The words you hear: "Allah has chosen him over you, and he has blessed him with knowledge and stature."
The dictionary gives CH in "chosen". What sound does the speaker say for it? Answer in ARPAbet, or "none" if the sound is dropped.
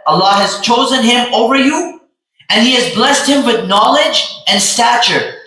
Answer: CH